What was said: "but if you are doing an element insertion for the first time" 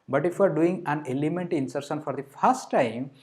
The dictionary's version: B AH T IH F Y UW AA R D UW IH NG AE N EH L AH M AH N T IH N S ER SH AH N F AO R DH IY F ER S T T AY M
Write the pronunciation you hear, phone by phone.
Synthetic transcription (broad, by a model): B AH T IH F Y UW AA R D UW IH NG AE N EH L AH M AH N T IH N S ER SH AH N F AO R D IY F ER S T T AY M